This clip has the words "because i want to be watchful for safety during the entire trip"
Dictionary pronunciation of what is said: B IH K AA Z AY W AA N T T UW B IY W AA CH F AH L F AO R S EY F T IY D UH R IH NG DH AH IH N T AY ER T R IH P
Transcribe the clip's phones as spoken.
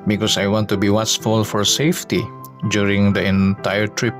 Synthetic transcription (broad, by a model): B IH K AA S AY W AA N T T UW B IY W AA S F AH L F AO R S EY F T IY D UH R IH NG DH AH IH N T AY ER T R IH P